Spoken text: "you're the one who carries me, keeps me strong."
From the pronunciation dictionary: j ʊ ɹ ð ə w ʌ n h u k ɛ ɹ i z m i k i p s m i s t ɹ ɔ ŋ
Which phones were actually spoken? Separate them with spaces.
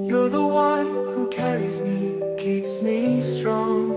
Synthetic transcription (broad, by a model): j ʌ ɹ ð ə w ʌ n h u k ɛ ɹ i z m i k i p s m i s t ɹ ɔ ŋ